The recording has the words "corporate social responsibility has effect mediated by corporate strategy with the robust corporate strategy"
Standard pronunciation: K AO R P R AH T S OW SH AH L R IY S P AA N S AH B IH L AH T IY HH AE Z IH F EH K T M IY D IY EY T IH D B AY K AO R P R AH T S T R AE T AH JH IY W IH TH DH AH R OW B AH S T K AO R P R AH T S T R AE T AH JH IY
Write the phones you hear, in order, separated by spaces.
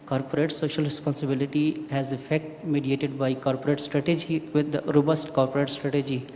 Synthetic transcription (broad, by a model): K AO R P R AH T S OW SH AH L R IY S P AA N S AH B IH L AH T IY HH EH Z IH F EH K T M IY D IY EY T IH D B AY K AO R P R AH T S T R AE T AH JH IY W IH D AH R OW B AH S T K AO R P R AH T S T R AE T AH JH IY